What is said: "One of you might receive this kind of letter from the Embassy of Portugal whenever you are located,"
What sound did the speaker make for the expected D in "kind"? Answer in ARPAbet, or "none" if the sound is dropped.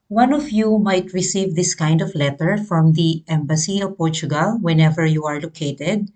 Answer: D